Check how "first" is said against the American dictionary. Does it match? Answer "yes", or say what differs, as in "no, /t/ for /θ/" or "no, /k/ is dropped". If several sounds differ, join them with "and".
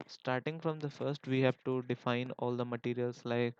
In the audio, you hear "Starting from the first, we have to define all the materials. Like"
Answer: yes